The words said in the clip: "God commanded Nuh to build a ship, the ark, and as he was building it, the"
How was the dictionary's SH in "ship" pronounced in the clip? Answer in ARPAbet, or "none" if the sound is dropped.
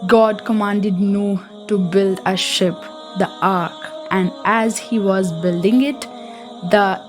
SH